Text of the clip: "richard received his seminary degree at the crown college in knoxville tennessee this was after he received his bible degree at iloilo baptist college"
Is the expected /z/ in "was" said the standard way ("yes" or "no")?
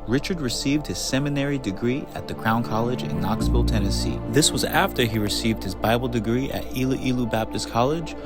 yes